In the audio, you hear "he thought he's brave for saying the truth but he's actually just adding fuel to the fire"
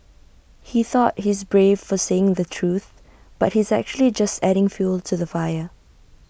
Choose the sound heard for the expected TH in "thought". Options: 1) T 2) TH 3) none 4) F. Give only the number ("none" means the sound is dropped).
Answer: 2